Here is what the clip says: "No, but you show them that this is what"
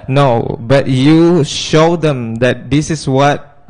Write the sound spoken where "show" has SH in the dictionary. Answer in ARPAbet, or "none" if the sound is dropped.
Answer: SH